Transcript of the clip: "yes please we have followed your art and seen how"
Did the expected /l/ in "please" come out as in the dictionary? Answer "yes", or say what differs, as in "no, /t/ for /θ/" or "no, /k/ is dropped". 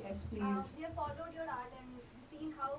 no, /l/ is dropped